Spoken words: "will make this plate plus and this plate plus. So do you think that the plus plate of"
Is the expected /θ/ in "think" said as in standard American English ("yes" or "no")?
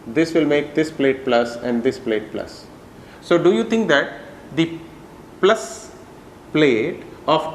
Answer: no